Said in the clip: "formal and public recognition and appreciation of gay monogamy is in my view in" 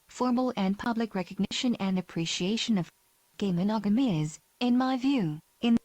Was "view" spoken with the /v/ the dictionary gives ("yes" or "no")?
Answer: yes